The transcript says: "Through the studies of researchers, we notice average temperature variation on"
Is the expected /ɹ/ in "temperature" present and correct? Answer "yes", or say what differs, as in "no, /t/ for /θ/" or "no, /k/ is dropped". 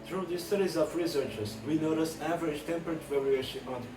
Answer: no, /ɹ/ is dropped